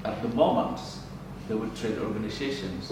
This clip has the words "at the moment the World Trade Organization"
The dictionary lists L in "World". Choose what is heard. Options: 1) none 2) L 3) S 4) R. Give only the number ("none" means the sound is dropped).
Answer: 1